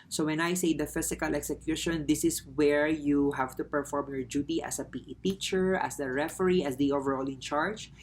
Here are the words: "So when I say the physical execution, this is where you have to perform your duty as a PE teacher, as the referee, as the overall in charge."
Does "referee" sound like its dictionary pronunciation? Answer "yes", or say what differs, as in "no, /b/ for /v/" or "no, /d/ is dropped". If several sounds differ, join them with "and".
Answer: yes